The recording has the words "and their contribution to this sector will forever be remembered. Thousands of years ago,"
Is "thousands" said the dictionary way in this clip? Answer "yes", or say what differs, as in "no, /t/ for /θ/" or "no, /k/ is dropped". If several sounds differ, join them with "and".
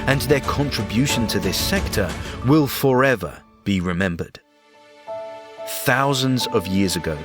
yes